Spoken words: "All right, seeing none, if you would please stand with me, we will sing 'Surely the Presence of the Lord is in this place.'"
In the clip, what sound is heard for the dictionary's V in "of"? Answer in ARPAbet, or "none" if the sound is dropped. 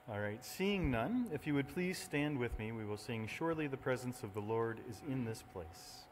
V